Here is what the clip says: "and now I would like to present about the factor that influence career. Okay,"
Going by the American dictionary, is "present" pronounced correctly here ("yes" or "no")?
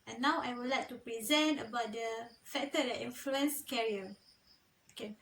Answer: yes